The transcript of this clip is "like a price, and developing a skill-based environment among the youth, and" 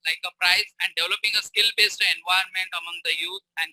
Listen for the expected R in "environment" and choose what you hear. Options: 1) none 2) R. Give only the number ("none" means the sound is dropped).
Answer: 1